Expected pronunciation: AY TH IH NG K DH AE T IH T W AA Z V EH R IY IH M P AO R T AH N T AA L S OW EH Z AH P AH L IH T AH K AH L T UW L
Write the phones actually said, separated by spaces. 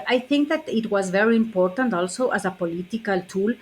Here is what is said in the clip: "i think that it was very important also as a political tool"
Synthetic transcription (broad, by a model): AY TH IH NG K DH AE T IH T W AA Z V EH R IY IH M P AO R T AH N T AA L S OW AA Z AH P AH L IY T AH K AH L T UW L